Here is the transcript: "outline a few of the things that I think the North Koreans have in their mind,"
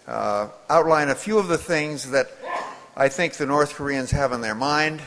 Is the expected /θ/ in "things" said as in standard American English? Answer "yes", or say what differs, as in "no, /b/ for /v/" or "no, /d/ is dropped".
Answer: yes